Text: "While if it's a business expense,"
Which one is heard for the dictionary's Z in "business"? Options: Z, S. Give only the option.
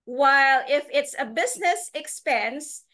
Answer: Z